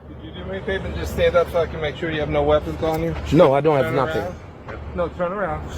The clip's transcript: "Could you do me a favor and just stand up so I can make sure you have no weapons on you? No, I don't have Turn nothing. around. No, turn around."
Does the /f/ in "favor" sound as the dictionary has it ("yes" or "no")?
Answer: no